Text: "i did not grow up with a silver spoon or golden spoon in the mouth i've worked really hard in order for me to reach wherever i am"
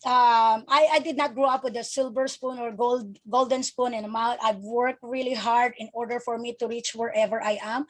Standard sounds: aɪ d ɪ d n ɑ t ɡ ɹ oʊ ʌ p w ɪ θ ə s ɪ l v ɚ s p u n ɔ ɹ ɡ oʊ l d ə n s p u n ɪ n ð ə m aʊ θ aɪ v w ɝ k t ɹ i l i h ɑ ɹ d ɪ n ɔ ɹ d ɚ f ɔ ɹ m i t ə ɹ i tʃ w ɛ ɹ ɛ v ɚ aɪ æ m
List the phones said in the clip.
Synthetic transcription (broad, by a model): aɪ d ɪ d n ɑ t ɡ ɹ oʊ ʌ p w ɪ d ə s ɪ l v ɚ s p u n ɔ ɹ ɡ oʊ l d ə n s p u n ɪ n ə m aʊ t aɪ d w ɝ k t ɹ i l i h ɑ ɹ d ɪ n ɔ ɹ d ɚ f ɔ ɹ m i t ə ɹ i tʃ w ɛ ɹ ɛ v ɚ aɪ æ m